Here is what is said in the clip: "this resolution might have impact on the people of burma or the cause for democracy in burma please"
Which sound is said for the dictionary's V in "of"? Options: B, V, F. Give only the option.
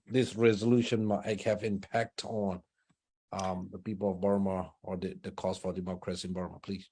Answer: V